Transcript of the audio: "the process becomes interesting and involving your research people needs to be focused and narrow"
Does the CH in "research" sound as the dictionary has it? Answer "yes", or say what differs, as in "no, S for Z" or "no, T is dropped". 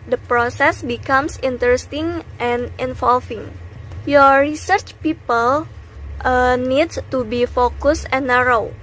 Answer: yes